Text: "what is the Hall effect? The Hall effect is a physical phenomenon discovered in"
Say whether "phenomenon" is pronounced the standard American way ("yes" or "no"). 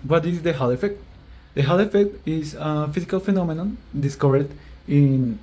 yes